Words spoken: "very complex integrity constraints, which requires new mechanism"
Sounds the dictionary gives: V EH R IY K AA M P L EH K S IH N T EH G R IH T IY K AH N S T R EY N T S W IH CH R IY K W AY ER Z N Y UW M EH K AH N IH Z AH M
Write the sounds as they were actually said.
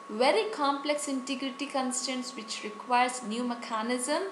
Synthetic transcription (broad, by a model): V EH R IY K AA M P L EH K S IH N T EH G R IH T IY K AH N S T EY N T S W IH CH R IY K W AY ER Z N Y UW M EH K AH N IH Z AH M